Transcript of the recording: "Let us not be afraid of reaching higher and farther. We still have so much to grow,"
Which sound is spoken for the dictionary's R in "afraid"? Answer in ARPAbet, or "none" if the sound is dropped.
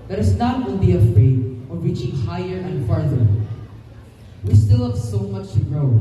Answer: none